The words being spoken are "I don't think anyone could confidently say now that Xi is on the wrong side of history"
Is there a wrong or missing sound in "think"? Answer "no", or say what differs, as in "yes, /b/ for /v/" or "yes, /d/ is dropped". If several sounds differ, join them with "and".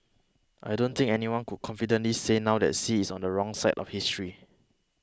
yes, /t/ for /θ/